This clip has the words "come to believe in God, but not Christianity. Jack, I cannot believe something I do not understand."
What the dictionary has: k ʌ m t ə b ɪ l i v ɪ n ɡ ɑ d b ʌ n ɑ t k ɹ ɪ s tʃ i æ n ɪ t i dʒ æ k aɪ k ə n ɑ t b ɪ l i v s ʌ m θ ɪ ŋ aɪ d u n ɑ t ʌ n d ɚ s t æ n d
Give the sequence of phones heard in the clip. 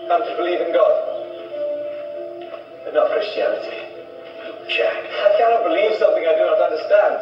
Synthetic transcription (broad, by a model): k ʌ t ə b ɪ l i v ɪ n ɡ ɑ d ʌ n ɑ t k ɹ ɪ s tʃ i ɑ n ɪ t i ʃ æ aɪ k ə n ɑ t b ɪ l i v s ʌ m θ ɪ ŋ aɪ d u n ɑ t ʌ n d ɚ s t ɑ n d